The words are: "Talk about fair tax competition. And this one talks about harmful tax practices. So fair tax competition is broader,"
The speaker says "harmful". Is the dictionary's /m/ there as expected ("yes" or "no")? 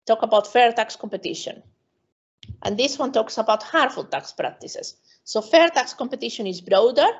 no